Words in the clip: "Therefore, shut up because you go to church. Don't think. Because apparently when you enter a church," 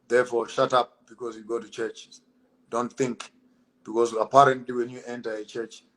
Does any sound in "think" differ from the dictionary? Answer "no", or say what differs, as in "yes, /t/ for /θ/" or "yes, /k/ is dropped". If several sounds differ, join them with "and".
no